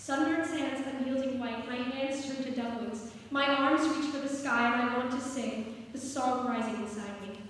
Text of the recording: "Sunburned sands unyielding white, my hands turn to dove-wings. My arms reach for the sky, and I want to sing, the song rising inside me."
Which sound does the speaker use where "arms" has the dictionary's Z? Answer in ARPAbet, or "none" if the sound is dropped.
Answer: Z